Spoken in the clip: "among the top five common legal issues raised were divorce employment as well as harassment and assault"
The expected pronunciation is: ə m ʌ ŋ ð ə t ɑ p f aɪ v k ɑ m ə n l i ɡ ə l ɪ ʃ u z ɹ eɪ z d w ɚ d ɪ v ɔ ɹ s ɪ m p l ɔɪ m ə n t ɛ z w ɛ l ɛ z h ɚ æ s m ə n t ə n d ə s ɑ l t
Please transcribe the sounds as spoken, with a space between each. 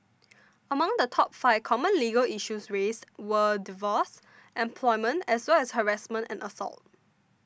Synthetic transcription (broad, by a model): ə m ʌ ŋ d ə t ɑ p f aɪ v k ɑ m ə n l i ɡ ə l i ʃ u s ɹ eɪ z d w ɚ d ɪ v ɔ s ɪ m p l ɔɪ m ə n t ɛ s w ɛ l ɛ s h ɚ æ s m ə n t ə n ə s ɑ l t